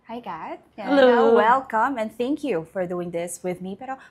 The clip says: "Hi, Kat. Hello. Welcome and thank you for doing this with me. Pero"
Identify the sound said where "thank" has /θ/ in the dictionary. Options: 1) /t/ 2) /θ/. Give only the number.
2